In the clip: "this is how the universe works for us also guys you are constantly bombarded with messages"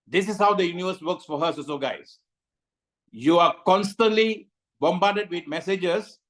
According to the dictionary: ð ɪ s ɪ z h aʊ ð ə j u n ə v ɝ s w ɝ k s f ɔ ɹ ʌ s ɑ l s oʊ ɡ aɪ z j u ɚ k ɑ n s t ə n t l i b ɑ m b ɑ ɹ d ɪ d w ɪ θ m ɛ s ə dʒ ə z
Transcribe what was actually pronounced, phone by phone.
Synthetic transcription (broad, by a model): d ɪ s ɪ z h aʊ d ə j u n ə v ɝ s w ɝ k s f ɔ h ʌ s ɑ s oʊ ɡ aɪ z j u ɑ k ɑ n s t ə n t l i b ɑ m b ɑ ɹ d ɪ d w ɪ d m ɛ s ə dʒ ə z